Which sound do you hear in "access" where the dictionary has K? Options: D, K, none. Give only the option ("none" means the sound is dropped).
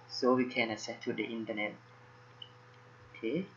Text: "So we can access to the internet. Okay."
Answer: none